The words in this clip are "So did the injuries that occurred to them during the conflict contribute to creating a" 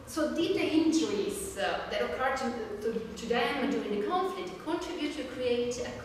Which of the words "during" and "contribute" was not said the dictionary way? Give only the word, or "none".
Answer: during